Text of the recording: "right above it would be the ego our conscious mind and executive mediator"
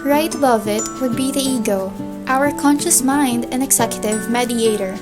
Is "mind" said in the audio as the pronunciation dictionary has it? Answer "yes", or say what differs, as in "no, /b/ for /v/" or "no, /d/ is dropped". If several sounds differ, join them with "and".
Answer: yes